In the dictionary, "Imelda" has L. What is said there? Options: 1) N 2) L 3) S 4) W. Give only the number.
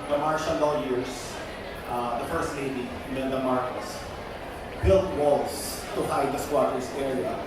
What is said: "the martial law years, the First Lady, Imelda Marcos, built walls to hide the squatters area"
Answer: 1